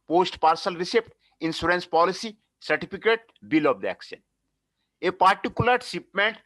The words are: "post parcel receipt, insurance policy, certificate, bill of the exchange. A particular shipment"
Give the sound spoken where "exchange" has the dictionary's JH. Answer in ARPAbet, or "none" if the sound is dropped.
none